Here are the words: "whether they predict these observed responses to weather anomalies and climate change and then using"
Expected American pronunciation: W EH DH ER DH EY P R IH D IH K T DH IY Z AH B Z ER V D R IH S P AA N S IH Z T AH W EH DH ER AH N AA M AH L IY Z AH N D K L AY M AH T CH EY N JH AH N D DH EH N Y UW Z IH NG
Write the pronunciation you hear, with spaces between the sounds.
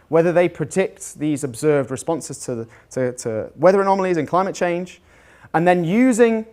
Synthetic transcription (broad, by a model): W EH DH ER DH EY P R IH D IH K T DH IY Z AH B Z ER V D R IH S P AA N S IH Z T AH W EH DH ER AH N AA M AH L IY Z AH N K L AY M AH T CH EY N JH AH N DH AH N Y UW Z IH NG